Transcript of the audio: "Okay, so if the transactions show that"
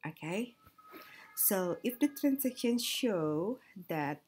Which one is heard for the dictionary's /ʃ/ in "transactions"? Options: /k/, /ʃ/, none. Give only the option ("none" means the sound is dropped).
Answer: none